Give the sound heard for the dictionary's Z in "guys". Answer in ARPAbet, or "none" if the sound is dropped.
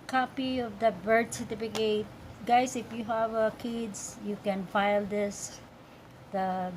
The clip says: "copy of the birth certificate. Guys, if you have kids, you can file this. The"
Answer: S